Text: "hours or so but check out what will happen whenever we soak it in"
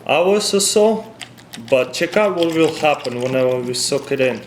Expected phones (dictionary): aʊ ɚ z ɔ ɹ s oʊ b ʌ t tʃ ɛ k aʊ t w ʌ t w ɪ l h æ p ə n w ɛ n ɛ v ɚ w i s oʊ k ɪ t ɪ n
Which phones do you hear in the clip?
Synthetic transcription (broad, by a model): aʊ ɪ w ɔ l s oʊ b ʌ t tʃ ɛ k aʊ t w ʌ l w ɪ l h æ p ə n w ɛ n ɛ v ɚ w i s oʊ k ɪ t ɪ n